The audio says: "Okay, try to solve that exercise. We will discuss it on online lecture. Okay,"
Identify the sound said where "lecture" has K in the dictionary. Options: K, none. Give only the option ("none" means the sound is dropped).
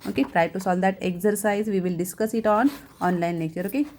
none